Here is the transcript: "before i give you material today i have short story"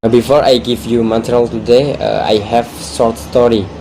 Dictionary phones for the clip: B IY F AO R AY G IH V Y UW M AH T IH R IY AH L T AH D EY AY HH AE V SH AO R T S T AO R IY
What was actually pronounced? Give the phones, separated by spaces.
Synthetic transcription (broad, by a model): B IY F AO R AY G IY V Y UW M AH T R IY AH L T AH D EY AY HH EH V S AO R T S T AO R IY